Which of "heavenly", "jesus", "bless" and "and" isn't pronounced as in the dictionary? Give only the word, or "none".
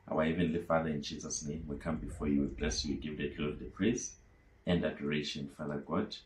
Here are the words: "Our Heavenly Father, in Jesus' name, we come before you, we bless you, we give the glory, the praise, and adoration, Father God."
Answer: none